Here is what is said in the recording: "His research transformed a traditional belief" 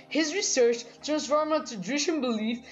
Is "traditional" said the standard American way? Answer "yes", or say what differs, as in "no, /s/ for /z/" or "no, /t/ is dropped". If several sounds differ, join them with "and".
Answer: no, /ɹ/ is dropped and /n/ is dropped and /n/ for /l/